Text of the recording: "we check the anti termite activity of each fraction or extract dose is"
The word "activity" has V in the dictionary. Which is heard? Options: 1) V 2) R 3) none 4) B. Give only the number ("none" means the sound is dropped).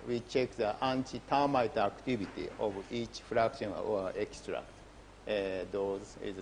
4